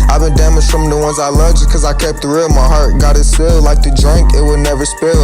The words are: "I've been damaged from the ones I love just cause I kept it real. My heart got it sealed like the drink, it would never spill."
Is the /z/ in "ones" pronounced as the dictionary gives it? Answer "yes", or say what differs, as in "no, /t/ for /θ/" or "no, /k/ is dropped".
yes